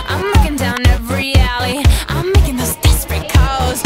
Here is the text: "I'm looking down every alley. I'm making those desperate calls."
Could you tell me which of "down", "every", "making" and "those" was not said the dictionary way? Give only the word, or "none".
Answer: every